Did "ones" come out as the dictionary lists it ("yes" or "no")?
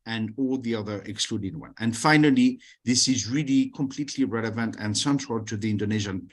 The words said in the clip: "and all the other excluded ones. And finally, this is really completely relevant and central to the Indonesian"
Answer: no